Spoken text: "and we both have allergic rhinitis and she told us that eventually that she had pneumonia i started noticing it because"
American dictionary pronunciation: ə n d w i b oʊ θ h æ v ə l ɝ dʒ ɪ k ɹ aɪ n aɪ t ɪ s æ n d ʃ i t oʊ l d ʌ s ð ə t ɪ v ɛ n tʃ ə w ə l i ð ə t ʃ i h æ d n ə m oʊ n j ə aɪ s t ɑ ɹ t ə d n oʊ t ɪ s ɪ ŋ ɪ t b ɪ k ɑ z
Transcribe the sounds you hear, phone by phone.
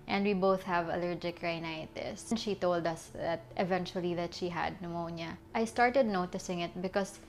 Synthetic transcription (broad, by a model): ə n d w i b oʊ θ h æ v ə l ɝ dʒ ɪ k ɹ aɪ n aɪ t ɪ s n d ʃ i t oʊ l d ʌ s ð ə t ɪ v ɛ n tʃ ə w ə l i ð ə t ʃ i h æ d n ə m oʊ n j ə aɪ s t ɑ ɹ t ə d n oʊ t ɪ s ɪ ŋ ɪ t b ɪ k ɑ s